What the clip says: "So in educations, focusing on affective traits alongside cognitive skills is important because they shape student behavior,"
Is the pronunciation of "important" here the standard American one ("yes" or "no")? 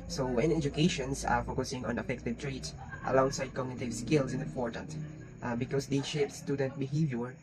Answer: no